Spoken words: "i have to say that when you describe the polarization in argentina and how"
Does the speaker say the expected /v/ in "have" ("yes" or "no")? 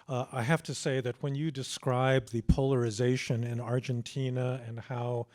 no